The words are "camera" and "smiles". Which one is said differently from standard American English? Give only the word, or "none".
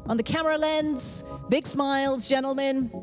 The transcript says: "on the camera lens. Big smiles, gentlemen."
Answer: none